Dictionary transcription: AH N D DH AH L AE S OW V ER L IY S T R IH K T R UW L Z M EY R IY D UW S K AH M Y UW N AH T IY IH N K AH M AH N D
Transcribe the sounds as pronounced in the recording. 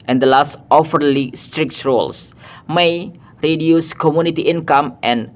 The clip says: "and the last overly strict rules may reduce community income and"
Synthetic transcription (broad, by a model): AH N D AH L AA S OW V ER L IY S T R IH K T R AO L S M EY R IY D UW S K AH M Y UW N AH T IY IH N K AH M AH N